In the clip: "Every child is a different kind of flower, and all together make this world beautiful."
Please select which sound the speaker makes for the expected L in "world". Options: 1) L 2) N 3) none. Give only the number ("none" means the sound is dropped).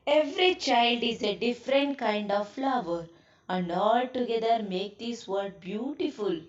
3